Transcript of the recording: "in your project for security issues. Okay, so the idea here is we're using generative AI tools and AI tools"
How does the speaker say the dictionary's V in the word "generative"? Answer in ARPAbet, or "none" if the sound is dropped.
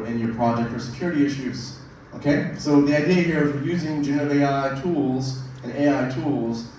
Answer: none